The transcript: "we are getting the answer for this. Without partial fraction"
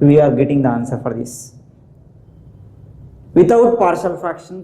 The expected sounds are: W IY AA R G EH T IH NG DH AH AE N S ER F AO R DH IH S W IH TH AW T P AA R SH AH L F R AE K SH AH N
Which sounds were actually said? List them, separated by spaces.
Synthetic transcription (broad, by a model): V IY AA R G EH T IH NG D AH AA N S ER F AO R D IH S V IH T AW T P AA R SH AH L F R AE K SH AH N